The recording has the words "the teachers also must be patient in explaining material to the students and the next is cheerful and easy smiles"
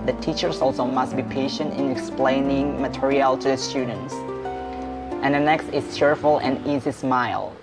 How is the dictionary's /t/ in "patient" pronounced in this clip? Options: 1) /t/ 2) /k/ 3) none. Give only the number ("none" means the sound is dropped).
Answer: 1